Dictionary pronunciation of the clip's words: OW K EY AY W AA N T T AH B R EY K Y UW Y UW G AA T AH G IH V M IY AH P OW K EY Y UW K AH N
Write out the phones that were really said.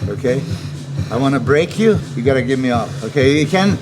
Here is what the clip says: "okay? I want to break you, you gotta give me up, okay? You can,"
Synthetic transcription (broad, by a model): OW K EY AY W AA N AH B R EY K Y UW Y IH G AA T AH G IH V M IY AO F OW K EY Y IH K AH N